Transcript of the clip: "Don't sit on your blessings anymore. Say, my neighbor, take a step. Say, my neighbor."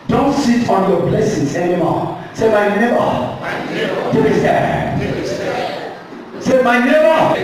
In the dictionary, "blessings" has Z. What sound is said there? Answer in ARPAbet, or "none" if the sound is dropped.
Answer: S